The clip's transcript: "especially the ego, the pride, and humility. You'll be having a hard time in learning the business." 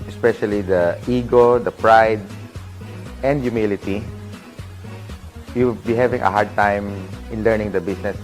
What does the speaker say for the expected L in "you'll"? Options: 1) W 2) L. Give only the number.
1